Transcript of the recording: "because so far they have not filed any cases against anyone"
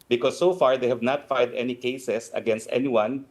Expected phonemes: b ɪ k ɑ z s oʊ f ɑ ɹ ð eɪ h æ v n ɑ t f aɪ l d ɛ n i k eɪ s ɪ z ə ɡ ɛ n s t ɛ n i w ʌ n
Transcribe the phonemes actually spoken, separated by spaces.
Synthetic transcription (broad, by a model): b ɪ k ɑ s oʊ f ɑ ɹ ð eɪ h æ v n ɑ t f aɪ d ɛ n i k eɪ s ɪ s ə ɡ ɛ n s t ɛ n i w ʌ n